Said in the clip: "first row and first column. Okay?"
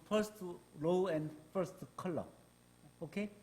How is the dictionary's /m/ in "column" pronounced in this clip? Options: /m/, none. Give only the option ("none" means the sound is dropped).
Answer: none